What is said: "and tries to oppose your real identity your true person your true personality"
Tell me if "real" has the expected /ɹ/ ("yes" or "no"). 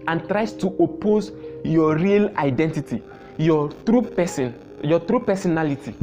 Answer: yes